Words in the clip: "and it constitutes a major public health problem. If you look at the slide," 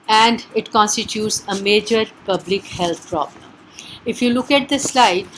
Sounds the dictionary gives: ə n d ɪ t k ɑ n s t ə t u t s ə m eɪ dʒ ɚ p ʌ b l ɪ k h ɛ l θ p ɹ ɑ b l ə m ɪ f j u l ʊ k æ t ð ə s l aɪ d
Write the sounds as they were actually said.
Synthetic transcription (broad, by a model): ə n d ɪ t k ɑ n s t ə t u t s ə m eɪ dʒ ɚ p ʌ b l ɪ k h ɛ l t p ɹ ɑ b l ə m ɪ f j u l ʊ k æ t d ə s l aɪ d